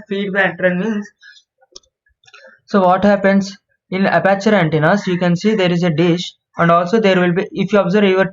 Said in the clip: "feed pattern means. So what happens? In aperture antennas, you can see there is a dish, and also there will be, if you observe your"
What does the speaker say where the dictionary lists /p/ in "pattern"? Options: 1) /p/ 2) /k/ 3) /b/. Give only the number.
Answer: 3